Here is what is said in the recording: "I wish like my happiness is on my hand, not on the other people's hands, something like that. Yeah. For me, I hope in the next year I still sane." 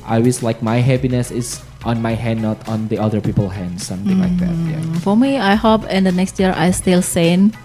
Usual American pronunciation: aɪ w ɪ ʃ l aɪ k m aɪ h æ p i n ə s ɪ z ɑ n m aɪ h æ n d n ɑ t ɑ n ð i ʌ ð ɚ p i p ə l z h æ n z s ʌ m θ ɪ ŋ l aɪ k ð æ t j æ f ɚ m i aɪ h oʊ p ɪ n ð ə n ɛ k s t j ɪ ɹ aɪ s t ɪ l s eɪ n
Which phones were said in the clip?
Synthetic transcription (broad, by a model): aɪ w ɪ s l aɪ k m aɪ h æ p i n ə s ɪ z ɑ n m aɪ h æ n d n ɑ t ɑ n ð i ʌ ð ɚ p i p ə l h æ n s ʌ m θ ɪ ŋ l aɪ k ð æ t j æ f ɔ m i aɪ h oʊ p ɪ n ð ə n ɛ k s t j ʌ ɹ aɪ s t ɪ l s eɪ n